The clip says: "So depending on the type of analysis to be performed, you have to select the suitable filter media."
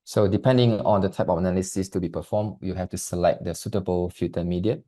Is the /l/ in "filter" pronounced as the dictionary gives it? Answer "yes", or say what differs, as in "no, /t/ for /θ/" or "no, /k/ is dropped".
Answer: no, /l/ is dropped